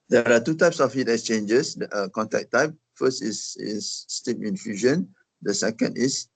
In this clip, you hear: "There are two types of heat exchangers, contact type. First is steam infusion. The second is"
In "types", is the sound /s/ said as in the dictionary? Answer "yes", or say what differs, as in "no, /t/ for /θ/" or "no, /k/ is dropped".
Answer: yes